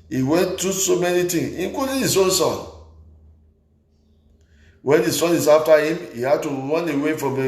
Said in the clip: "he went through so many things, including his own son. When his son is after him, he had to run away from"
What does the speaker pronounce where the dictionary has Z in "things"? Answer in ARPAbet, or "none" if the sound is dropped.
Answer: none